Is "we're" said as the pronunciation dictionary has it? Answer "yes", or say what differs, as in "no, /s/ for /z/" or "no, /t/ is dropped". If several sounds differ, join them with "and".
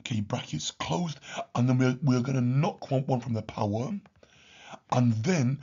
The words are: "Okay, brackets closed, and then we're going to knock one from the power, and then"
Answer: no, /w/ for /ɹ/